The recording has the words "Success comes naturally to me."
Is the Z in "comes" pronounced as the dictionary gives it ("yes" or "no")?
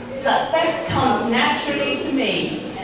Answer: yes